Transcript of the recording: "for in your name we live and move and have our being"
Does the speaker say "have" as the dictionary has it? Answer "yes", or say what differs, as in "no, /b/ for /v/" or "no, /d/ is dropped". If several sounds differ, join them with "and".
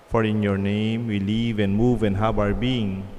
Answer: no, /b/ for /v/